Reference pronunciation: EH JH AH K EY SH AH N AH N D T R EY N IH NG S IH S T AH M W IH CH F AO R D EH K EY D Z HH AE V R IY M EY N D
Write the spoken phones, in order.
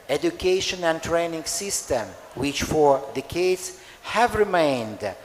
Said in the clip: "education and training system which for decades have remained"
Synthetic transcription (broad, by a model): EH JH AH K EY SH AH N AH N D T R EY N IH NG S IH S T AH M W IH CH F AO R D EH K EY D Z HH AE V R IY M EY N D